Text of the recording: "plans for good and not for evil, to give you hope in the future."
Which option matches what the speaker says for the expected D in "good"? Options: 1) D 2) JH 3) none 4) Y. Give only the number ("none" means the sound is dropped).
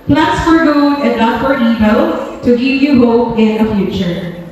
3